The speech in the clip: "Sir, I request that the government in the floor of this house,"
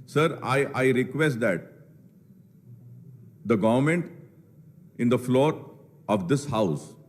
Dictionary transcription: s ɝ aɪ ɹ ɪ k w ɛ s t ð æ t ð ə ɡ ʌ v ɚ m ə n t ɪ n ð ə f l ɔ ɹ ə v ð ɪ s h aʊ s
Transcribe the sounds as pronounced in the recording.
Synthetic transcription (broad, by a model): s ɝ aɪ ɹ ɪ k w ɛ s t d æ t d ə ɡ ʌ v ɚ m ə n t ɪ n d ə f l ɔ ɹ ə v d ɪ s h aʊ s